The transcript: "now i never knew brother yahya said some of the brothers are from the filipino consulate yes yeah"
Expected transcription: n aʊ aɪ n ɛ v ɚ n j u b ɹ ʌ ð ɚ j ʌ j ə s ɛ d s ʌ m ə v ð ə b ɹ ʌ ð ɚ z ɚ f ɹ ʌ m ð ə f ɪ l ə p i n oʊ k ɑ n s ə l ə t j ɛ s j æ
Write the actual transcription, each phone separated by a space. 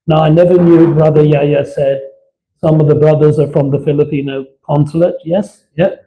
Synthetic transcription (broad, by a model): n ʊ aɪ n ɛ v ɚ n j u b ɹ ʌ ð ɚ j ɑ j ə s ɛ d s ʌ m ə v ð ə b ɹ ʌ ð ɚ z ɚ f ɹ ʌ m ð ə f ɪ l ə p i n oʊ k ɑ n s ə l ə t j ɛ s j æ